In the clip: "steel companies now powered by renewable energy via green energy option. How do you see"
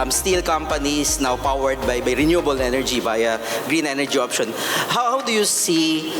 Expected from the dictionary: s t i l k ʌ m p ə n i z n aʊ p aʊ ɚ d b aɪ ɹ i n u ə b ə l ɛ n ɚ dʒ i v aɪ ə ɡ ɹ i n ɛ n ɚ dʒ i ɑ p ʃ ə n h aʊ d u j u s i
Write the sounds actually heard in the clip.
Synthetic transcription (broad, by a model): s t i l k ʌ m p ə n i s n aʊ p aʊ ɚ d b aɪ ɹ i n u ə b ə l ɛ n ɚ dʒ i b aɪ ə ɡ ɹ i n ɛ n ɚ dʒ i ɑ p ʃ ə n h aʊ d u j u s i